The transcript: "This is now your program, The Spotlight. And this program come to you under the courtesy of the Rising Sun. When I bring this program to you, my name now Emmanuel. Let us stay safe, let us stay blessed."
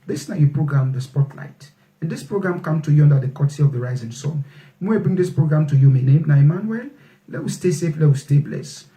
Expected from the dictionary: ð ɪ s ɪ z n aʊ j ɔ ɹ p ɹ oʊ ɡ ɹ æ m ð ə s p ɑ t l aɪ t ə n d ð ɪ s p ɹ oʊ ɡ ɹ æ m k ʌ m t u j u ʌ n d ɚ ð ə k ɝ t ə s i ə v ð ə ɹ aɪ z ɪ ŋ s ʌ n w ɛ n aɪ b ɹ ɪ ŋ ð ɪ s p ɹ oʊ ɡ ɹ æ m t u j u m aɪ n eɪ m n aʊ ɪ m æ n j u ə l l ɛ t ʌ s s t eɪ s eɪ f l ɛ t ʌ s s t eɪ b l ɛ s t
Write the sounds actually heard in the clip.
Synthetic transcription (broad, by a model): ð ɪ s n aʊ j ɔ p ɹ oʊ ɡ ɹ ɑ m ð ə s p ɑ t l aɪ t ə n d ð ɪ s p ɹ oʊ ɡ ɹ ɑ m k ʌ m t u j u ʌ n d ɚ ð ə k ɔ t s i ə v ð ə ɹ aɪ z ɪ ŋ s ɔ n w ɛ aɪ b ɹ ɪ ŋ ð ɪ s p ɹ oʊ ɡ ɹ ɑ m t u j u m aɪ n eɪ m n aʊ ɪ m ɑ n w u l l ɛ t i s s t eɪ s eɪ f l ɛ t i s s t eɪ b l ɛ s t